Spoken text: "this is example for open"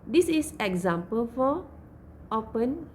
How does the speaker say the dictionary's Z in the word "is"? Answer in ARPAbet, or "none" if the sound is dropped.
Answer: S